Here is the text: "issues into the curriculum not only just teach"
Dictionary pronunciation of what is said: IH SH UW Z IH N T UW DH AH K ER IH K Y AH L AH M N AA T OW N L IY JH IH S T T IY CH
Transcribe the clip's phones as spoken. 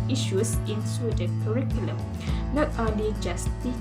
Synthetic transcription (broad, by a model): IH SH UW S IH N S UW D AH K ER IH K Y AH L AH M N AA T OW N L IY JH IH S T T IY